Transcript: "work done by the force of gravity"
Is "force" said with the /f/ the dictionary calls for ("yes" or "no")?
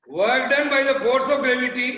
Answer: no